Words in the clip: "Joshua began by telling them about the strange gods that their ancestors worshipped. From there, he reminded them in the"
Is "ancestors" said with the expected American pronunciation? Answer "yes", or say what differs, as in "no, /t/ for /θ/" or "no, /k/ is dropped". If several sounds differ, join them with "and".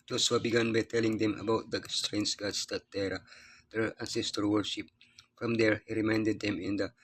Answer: no, /z/ is dropped